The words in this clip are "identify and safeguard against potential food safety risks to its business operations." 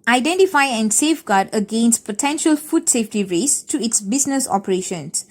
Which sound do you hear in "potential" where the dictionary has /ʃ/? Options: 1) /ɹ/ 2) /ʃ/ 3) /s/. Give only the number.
2